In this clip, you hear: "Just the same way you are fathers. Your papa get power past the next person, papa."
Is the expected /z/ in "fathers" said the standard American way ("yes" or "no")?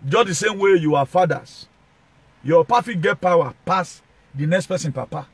no